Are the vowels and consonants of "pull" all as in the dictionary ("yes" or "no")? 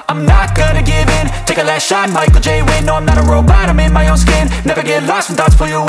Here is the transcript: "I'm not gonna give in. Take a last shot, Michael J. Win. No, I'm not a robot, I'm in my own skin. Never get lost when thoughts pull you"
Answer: no